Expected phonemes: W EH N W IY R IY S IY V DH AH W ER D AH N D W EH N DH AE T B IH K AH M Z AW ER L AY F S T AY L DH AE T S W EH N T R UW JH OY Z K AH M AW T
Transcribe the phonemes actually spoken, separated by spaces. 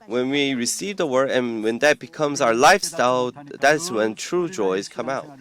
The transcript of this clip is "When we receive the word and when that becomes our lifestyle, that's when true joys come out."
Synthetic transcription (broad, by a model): W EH N W IY R IY S IY V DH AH W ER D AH N W EH N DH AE T B IH K AH M Z AW ER L AY F S T AY L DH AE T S W EH N T R UW JH OY Z K AH M AW T